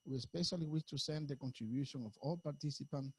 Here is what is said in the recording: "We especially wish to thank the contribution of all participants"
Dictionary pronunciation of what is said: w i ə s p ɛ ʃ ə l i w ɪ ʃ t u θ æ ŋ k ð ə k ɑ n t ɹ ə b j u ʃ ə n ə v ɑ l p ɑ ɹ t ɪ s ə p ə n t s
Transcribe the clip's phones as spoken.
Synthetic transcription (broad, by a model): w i ə s p ɛ ʃ ə l i w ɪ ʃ t u s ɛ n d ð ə k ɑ n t ɹ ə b j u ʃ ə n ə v ɑ l p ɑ ɹ t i s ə p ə n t